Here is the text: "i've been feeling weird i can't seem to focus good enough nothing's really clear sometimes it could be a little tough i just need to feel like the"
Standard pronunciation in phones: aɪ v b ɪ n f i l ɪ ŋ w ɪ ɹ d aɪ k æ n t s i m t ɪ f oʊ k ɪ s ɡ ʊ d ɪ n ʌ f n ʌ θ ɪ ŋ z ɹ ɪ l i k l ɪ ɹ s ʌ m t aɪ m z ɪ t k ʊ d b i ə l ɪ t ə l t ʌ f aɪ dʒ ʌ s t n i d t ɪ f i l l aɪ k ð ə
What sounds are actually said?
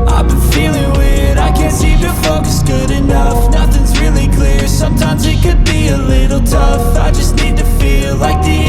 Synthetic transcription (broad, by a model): aɪ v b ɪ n f i l ɪ ŋ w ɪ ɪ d aɪ k æ n t s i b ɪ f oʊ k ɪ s ɡ ʊ d ɪ n ʌ f n ʌ θ ɪ ŋ z ɹ ɪ l i k l ɪ ɹ s ʌ m t aɪ m z ɪ t k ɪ d b i ə l ɪ t l t ʌ f aɪ dʒ ʌ s t n i d t ɪ f i l l aɪ k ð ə